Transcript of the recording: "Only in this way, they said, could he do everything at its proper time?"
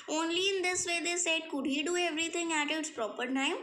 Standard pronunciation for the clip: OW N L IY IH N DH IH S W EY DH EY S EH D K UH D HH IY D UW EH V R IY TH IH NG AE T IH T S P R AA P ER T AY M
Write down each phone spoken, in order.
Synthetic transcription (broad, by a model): OW N L IY IH N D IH S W EY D EY S EH D K UH D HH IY D UW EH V R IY T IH NG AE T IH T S P R AA P ER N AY